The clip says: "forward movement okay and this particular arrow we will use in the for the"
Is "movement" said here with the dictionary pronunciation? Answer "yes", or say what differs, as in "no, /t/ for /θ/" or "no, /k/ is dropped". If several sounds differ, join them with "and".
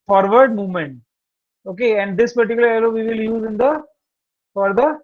yes